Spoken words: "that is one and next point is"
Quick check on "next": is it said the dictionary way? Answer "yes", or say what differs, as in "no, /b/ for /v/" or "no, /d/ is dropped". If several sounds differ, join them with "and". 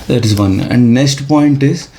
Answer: yes